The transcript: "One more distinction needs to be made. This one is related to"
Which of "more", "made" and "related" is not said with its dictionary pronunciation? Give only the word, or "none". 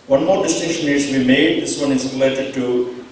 none